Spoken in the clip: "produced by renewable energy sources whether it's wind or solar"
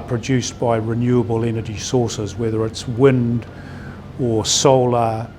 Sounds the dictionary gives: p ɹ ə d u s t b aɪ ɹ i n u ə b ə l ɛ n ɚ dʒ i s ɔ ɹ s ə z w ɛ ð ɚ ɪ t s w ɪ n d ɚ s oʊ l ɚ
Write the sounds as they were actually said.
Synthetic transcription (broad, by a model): p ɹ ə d u s b aɪ ɹ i n u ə b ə l ɛ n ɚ dʒ i s ɔ ɹ s ə z w ɛ ð ɚ ɪ t s w ɪ n d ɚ s oʊ l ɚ